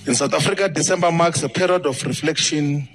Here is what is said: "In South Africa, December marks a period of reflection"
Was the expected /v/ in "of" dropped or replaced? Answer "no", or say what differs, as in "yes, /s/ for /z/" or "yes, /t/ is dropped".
yes, /f/ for /v/